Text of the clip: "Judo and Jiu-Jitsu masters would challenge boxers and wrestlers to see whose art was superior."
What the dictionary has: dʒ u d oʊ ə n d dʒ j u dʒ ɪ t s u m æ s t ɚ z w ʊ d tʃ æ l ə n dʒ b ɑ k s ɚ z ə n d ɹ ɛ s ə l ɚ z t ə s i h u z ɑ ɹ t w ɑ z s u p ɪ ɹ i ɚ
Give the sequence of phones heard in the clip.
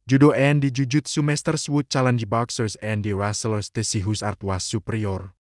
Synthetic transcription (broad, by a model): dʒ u d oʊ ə n d dʒ u dʒ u t s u m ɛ s t ɚ s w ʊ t tʃ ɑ l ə n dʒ b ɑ k s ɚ s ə n d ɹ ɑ s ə l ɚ s t ə s i h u s ɑ ɹ t w ɑ s u p ɹ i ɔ